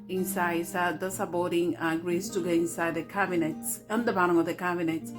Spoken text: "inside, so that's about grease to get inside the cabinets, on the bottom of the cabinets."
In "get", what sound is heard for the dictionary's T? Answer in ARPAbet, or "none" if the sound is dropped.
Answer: none